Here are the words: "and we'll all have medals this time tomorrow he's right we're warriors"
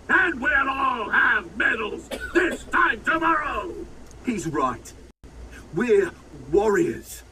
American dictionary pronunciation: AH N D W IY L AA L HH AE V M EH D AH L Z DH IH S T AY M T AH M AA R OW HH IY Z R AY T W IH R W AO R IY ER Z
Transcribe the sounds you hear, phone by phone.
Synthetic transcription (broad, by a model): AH N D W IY N AA L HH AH V M EH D L Z DH IH S T AY M T AH M AA R OW HH IY Z R AY T W IH R W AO R IY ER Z